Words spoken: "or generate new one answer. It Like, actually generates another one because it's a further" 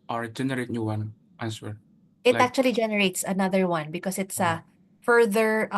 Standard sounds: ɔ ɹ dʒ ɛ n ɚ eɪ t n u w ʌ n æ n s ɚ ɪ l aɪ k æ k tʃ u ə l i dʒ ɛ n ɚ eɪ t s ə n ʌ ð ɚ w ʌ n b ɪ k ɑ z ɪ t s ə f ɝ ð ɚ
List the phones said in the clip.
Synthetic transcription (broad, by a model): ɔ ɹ dʒ ɛ n ɚ eɪ t n u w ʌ n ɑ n s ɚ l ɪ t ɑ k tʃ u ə l i dʒ ɛ n ɚ eɪ t s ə n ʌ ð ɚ w ʌ n b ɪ k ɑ s ɪ t s ə f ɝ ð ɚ